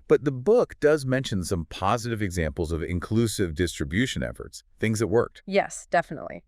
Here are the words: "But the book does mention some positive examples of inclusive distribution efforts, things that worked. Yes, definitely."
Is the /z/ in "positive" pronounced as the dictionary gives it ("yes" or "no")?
yes